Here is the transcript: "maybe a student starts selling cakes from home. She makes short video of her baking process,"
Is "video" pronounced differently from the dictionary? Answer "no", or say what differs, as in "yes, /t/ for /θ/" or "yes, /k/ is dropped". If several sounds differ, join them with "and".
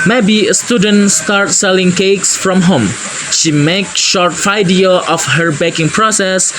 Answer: yes, /f/ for /v/